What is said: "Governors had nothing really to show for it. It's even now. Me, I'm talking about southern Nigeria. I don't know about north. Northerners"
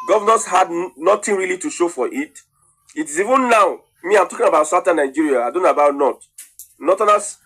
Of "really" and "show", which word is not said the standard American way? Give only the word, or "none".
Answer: none